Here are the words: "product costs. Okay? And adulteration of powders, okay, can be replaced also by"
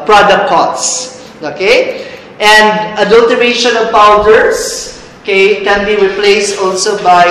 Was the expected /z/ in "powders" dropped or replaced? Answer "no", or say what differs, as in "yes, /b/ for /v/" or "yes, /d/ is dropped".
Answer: yes, /s/ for /z/